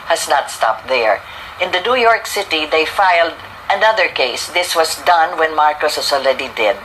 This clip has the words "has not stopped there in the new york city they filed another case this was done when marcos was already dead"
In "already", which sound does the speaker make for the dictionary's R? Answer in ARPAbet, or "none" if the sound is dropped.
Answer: L